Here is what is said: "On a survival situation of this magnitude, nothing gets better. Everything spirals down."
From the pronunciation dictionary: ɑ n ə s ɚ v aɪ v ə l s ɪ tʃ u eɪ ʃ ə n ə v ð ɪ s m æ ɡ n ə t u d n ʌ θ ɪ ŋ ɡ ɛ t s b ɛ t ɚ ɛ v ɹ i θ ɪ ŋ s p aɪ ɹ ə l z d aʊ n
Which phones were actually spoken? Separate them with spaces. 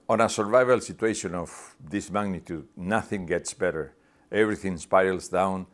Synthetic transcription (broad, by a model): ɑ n ə s ɚ v aɪ v ə l s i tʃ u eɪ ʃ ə n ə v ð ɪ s m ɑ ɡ n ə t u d n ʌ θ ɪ ŋ ɡ ɛ t s b ɛ t ɚ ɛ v ɹ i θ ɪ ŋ s p aɪ l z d aʊ n